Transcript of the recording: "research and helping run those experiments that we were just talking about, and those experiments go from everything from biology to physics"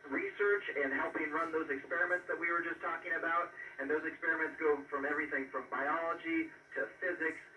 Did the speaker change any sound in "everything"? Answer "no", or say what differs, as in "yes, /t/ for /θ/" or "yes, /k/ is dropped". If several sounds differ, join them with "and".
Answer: no